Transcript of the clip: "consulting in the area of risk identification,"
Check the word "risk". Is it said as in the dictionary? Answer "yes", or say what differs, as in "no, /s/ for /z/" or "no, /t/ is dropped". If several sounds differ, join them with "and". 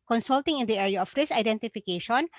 no, /k/ is dropped